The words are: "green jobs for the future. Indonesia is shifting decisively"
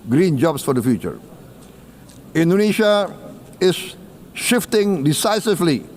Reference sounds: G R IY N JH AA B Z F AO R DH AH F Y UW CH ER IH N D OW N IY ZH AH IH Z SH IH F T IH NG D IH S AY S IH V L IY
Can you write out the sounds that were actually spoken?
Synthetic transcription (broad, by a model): G R IY N JH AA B S F AO R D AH F Y UW CH ER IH N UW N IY SH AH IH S SH IH F T IH NG D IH S AY S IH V L IY